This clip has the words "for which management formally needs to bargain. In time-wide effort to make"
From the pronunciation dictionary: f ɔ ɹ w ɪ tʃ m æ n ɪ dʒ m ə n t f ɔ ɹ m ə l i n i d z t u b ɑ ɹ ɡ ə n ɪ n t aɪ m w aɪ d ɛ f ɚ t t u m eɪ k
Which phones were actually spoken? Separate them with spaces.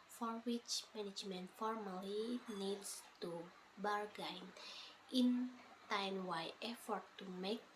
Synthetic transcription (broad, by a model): f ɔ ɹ w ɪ tʃ m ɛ n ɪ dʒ m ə n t f ɔ ɹ m ə l i n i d s t u b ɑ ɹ ɡ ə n ɪ n t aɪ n w aɪ ɛ f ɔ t t u m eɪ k